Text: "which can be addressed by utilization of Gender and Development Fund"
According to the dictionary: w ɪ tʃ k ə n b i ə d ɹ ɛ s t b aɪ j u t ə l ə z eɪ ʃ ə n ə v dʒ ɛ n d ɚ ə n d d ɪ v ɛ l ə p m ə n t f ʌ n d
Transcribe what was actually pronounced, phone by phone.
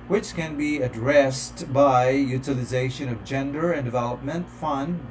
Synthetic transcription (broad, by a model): w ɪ tʃ k ə n b i ə d ɹ ɛ s t b aɪ j u t ə l ə z eɪ ʃ ə n ə v dʒ ɛ n d ɚ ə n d d ɪ v ɛ l ə p m ə n t f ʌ n d